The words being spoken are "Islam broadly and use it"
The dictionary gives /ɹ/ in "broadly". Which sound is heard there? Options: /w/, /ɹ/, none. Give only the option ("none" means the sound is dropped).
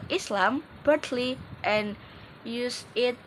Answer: none